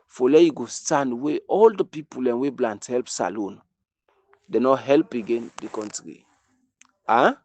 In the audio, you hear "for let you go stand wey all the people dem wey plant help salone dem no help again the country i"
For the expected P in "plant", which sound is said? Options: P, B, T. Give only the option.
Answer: B